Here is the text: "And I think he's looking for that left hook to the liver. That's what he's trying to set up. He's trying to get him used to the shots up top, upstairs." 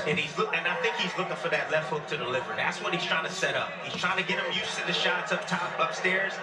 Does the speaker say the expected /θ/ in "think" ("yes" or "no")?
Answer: yes